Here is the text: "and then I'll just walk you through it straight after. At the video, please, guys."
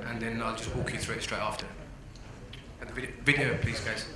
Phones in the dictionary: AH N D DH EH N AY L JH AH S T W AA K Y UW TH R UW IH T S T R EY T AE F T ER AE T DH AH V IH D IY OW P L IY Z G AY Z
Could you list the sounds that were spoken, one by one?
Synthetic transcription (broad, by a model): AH N DH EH N AY L JH AH S T W AA K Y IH TH R UW IH T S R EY T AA F T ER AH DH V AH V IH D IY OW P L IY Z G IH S